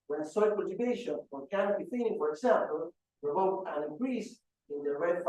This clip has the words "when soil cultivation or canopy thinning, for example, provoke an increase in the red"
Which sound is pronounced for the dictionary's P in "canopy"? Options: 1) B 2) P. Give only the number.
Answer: 1